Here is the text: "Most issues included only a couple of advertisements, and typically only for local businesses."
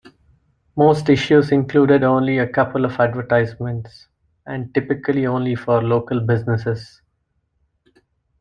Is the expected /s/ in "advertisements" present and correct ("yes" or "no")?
yes